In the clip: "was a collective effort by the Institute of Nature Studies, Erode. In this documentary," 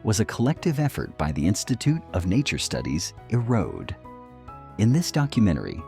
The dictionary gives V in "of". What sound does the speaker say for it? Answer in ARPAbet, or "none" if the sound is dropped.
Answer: V